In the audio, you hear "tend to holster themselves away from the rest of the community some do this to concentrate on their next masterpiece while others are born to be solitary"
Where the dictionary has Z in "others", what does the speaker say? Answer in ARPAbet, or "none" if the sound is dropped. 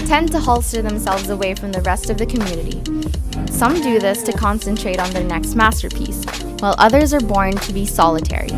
Z